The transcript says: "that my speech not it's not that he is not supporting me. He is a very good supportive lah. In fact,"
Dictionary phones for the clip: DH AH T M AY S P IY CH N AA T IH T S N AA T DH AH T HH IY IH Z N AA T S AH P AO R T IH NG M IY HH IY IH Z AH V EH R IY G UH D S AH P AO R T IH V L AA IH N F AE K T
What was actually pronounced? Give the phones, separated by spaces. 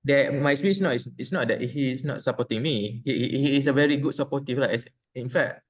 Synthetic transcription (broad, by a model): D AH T M AY S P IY S N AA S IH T S N AA T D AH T HH IY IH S N AA T S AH P AO T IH NG M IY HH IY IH S AH V EH R IY G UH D S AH P AO T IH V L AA IH N F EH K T